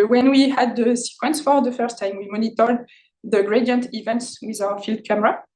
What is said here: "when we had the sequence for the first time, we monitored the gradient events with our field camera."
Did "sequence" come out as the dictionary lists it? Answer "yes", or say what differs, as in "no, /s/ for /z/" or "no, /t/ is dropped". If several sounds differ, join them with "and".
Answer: yes